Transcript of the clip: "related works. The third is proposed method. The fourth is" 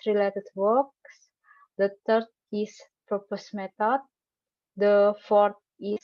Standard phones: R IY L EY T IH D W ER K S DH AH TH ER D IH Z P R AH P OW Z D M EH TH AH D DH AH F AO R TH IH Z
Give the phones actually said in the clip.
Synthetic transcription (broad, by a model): R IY L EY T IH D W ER K S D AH T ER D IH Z P R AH P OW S M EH T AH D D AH F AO R T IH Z